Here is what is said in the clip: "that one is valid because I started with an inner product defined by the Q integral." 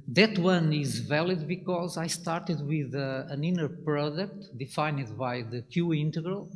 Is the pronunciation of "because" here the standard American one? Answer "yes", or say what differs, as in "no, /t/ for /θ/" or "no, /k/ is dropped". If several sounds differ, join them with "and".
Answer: yes